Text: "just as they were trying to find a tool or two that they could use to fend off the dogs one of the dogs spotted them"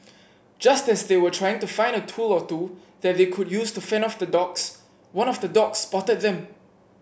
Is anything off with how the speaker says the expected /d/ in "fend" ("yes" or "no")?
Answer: yes